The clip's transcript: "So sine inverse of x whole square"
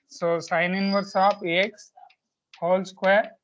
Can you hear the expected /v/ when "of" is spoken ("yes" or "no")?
no